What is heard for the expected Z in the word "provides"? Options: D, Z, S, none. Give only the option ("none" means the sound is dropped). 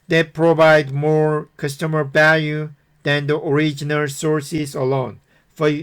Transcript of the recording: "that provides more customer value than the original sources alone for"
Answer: none